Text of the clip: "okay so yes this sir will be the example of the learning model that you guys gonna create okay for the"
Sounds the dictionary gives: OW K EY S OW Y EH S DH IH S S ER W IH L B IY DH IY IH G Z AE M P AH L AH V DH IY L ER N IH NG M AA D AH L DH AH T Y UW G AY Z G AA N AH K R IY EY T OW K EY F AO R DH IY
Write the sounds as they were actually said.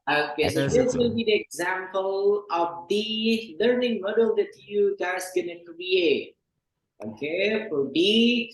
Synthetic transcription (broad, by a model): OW K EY S OW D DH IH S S W IH L B IY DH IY IH G Z AE M P AH L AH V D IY L ER N IH NG M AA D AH L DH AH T Y UW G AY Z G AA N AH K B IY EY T OW K EY F AO R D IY